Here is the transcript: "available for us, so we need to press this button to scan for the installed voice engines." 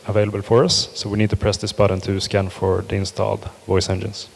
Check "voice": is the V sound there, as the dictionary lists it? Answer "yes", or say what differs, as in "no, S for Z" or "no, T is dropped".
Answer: yes